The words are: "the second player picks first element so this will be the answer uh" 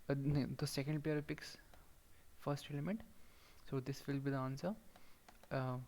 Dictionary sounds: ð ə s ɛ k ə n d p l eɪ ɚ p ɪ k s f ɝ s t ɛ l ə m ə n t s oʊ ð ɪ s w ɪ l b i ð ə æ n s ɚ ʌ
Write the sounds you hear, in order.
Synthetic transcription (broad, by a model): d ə s ɛ k ə n d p eɪ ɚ p ɪ k s f ɝ s t ɛ l ə m ə n t s oʊ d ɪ s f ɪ l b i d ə n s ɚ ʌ